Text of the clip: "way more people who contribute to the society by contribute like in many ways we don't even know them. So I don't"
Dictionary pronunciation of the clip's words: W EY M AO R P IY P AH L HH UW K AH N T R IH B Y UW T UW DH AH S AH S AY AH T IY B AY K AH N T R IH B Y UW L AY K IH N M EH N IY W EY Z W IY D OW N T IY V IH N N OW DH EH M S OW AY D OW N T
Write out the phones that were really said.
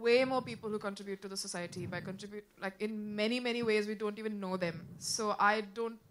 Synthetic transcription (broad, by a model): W EY M AO R P IY P AH L HH UW K AH N T R IH B Y UW T UW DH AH S AH S AY AH T IY B AY K AH N T R IH B Y UW L AY K IH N M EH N IY W EY Z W IY D OW N T IY V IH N N OW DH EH M S OW AY D OW N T